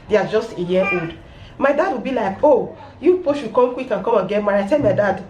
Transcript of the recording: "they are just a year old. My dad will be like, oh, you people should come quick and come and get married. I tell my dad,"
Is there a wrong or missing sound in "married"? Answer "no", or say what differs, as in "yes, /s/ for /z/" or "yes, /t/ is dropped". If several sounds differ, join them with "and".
yes, /d/ is dropped